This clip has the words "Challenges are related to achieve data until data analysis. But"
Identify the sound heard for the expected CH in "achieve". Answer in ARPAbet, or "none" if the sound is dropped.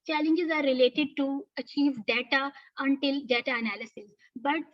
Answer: CH